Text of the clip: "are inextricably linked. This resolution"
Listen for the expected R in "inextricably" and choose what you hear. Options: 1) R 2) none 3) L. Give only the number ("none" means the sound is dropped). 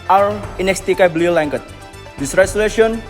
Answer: 2